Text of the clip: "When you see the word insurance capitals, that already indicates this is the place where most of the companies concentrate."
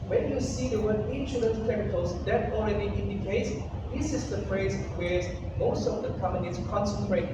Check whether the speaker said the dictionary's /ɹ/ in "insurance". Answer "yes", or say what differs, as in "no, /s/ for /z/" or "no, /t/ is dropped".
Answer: no, /l/ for /ɹ/